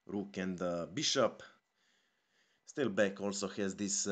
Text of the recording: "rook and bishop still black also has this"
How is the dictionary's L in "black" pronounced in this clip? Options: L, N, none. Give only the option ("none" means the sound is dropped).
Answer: none